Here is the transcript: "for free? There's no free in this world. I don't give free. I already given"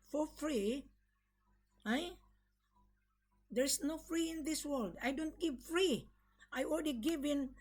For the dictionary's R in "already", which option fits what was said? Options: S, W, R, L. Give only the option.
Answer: L